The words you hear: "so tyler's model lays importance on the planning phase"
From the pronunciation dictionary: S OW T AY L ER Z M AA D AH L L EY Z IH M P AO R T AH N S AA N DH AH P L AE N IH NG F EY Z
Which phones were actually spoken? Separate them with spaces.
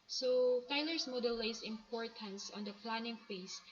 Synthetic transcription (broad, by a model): S OW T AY L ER S M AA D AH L L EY S IH M P AO R T AH N S AA N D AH P L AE N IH NG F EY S